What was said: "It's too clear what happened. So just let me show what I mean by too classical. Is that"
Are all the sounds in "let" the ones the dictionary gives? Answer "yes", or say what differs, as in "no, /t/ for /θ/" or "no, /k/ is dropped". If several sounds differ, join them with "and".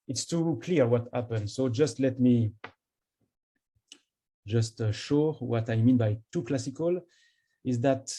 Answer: yes